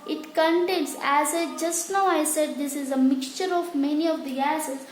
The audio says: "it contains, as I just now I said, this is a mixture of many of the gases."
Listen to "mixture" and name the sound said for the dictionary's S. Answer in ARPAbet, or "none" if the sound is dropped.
S